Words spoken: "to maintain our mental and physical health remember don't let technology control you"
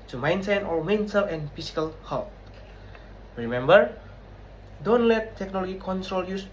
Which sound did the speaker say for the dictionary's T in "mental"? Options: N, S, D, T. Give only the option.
S